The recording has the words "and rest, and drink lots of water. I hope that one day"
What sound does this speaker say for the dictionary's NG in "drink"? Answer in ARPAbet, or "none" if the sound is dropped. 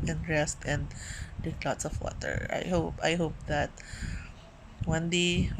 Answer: none